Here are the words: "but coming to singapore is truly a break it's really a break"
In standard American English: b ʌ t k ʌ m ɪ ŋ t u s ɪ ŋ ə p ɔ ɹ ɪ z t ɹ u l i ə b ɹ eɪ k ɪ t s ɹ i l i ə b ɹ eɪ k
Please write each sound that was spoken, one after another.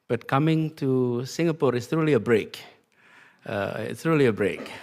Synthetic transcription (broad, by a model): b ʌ t k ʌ m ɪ ŋ t u s ɪ ŋ ə p ɔ ɹ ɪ s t ɹ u l i ə b ɹ eɪ k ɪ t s ɹ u l i ə b ɹ eɪ k